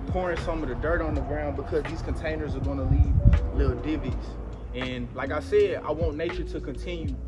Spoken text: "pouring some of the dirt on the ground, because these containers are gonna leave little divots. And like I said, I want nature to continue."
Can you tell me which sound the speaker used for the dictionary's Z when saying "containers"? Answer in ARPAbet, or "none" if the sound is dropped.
Z